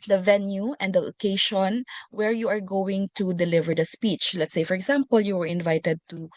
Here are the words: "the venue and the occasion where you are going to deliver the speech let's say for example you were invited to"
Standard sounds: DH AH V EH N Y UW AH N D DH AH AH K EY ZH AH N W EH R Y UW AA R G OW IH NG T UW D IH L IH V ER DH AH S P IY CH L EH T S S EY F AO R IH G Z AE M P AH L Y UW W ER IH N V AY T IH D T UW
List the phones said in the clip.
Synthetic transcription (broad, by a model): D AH V EH N Y UW AH N D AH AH K EY SH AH N W EH R Y UW AA R G OW IH NG T UW D IH L IH V ER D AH S P IY CH L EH T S S EY F AO R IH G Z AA M P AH L Y UW W ER IH N V AY T IH D T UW